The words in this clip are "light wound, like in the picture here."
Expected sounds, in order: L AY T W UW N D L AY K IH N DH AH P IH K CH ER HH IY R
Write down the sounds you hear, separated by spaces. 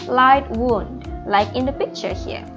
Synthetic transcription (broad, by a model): L AY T W UW N D L AY K IH N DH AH P IH K CH ER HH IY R